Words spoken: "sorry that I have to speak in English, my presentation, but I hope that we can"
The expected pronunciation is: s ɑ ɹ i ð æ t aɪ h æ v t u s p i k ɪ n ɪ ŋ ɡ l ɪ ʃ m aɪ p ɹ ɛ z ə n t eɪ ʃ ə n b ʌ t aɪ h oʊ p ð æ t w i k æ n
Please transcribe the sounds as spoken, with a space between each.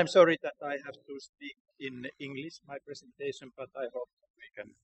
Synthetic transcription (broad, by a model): s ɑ ɹ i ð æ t aɪ h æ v t u s p i k ɪ n ɪ ŋ ɡ l ɪ ʃ m aɪ p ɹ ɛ s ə n t eɪ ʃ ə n b ʌ t aɪ h oʊ p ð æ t w i k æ n